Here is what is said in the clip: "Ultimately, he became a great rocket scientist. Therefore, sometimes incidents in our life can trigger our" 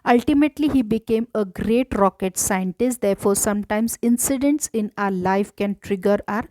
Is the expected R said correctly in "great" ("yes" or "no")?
yes